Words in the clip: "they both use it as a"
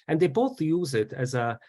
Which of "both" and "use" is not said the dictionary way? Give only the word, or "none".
none